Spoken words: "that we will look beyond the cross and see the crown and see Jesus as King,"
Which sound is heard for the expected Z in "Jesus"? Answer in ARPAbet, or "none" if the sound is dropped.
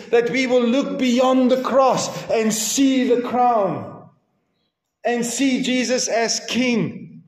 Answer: Z